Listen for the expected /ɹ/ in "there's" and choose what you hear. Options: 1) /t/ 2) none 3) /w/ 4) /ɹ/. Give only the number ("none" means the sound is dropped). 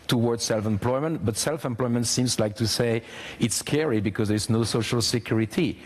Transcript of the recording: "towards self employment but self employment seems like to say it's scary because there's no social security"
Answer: 4